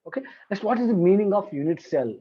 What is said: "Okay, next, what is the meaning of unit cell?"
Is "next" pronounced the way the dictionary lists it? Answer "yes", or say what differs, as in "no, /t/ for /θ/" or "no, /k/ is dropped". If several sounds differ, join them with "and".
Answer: no, /k/ is dropped